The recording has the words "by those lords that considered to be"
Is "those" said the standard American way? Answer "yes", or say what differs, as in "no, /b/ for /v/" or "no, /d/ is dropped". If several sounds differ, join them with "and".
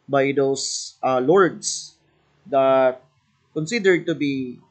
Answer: no, /s/ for /z/